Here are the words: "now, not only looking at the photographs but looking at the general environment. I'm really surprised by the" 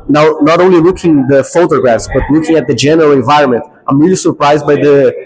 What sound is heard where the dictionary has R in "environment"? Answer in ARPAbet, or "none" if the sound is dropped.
R